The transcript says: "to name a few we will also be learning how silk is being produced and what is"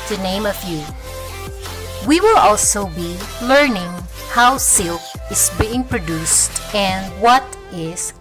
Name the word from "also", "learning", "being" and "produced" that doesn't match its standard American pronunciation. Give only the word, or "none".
none